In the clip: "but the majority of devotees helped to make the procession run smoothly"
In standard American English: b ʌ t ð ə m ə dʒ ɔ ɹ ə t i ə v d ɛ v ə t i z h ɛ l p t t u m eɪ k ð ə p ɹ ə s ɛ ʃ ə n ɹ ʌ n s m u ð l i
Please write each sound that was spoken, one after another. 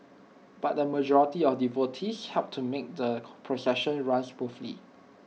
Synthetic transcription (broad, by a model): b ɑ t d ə m ə dʒ ɔ ɹ ə t i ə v d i v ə t i s h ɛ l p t t u m eɪ k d ə p ɹ ə s ɛ ʃ ə n ɹ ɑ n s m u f l i